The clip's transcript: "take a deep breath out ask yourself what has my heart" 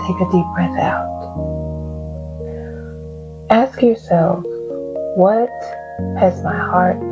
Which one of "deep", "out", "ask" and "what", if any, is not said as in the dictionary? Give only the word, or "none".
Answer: none